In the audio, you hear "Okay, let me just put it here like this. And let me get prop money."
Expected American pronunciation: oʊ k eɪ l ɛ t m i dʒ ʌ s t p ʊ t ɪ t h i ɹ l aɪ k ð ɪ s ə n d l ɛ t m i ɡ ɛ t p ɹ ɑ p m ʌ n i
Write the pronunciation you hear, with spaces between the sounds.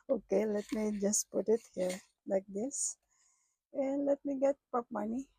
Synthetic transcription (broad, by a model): oʊ k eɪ l ɛ t m i dʒ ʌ s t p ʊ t ɪ t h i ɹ l aɪ k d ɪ s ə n l ɛ t m i ɡ ɛ t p ɑ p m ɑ n i